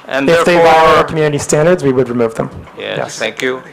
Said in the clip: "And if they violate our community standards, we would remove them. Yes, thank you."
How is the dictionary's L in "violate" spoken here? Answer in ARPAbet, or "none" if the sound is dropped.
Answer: W